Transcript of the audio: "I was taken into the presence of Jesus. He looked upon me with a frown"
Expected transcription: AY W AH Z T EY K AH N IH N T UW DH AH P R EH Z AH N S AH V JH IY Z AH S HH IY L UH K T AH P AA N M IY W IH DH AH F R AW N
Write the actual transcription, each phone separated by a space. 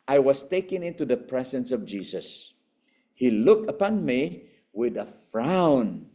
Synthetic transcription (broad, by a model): AY W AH S T EY K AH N IH N T UW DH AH P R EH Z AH N S AH V JH IY S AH S HH IY L UH K T AH P AA N M IY W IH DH AH F R AW N